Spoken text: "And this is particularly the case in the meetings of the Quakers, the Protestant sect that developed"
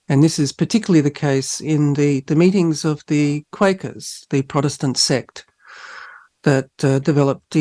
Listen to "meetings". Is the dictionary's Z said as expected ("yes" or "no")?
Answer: yes